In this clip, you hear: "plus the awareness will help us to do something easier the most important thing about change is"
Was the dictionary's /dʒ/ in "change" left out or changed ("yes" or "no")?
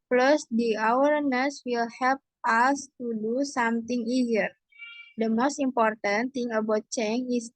yes